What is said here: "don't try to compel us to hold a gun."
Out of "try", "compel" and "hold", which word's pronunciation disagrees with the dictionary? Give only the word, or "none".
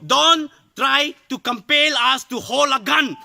hold